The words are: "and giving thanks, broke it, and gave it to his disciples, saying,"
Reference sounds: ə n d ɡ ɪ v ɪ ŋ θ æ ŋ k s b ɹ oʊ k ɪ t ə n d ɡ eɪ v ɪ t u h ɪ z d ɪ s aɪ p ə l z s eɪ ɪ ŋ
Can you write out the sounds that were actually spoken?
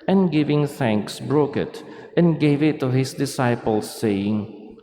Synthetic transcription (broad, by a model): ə n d ɡ ɪ v ɪ ŋ θ æ ŋ k s b ɹ oʊ k ɪ t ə n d ɡ eɪ v ɪ t u h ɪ s d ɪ s aɪ p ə l s eɪ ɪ ŋ